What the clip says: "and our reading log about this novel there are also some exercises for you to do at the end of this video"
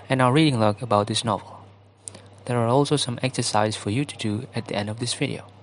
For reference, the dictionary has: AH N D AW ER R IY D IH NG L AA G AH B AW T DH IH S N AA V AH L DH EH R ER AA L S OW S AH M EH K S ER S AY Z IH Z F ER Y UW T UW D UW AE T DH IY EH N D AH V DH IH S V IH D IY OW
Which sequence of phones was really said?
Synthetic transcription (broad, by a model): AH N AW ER R IY D IH NG L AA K AH B AW T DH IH S N AA V AH L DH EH R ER AA L S OW S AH M EH K S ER S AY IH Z F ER Y UW T UW D UW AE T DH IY EH N D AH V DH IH S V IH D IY OW